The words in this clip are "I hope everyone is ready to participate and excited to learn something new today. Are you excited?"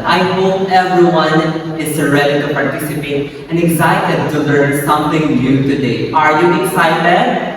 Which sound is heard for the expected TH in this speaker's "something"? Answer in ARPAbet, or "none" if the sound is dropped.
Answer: T